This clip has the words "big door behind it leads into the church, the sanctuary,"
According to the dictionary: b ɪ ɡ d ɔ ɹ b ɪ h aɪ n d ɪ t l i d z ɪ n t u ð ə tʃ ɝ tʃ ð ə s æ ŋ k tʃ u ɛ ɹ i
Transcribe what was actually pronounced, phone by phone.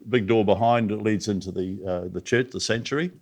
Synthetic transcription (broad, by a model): b ɪ ɡ d ɔ ɹ b ɪ h aɪ n d ɪ t l i d z ɪ n t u ð ə tʃ ɝ tʃ ð ə s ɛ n tʃ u ɹ i